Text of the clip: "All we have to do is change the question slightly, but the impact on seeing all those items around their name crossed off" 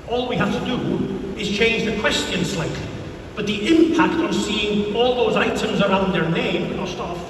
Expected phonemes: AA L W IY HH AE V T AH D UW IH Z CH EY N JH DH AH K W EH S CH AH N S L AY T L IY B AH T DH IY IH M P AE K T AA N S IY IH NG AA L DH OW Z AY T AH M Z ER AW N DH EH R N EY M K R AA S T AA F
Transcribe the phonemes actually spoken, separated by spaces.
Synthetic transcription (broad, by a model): AA L W IY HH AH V T AH D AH IH Z CH EY N JH DH AH K W EH S CH AH N S L AY T L IY B AH T DH IY IH M P AE K T N S IY IH NG AA L DH OW Z AY T AH M Z ER AW N DH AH R N EY M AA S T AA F